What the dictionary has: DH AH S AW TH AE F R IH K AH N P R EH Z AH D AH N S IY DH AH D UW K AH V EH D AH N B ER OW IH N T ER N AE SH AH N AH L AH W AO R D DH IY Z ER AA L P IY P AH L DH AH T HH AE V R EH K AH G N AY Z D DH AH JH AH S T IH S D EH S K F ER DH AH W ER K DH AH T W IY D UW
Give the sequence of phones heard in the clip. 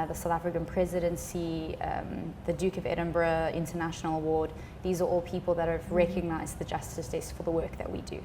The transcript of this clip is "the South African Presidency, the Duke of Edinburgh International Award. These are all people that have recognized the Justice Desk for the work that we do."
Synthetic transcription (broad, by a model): DH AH S AW TH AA F R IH K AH N P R EH Z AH D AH N S IY DH AH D UW K AH V EH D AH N B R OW IH N T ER N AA SH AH N AH L AH W AO D DH IY Z ER AA L P IY P AH L DH AH T HH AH V R EH K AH G N AY Z DH AH JH AH S T IH S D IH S F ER DH AH W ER K DH AH T W IY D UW